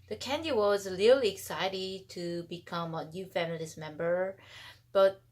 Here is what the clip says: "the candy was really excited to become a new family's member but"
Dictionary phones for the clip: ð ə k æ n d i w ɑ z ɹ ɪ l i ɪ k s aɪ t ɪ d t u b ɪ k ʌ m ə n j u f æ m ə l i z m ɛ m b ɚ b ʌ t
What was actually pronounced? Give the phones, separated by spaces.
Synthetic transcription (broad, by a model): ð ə k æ n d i w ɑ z l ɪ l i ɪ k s aɪ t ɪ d t u b ɪ k ʌ m ə n j u f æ m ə l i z m ɛ m b ɚ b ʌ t